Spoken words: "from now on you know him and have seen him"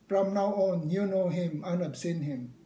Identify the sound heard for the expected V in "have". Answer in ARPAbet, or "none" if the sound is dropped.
P